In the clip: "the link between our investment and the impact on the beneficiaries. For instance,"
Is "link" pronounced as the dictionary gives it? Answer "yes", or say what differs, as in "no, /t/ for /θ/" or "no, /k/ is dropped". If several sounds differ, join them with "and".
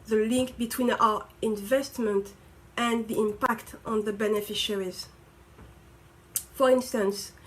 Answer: yes